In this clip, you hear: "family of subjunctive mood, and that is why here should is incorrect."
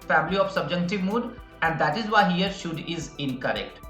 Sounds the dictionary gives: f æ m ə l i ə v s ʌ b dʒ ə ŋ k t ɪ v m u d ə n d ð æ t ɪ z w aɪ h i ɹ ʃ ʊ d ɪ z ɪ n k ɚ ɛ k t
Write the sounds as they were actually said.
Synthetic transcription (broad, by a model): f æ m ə l i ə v s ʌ b dʒ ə k t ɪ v m u d ə n d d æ t ɪ z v aɪ h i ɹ ʃ ʊ d ɪ z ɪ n k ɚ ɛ k t